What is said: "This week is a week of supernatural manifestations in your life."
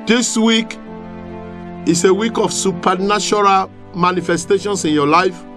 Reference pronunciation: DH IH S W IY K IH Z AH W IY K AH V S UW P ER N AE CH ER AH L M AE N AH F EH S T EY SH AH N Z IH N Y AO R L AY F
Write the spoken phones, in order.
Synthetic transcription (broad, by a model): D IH S W IY K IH S AH W IY K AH F S UW P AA N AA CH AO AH L M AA N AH F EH S T EY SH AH N S IH N Y AO L AY F